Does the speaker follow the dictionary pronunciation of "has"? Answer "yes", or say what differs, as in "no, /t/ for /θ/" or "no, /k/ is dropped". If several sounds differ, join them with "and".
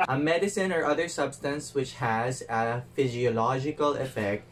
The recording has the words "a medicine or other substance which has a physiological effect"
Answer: yes